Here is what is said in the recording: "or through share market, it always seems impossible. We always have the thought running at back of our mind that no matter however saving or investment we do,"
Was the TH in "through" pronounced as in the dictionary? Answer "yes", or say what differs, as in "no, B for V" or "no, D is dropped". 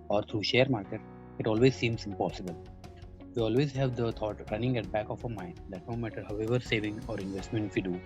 no, T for TH